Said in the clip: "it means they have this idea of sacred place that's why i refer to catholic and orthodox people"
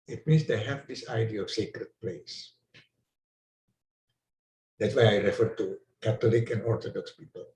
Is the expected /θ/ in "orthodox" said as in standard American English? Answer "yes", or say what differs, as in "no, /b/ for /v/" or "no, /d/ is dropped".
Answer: no, /t/ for /θ/